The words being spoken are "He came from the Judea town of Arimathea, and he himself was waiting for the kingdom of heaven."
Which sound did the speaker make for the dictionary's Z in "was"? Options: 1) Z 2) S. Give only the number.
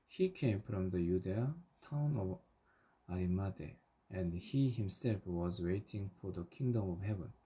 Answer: 1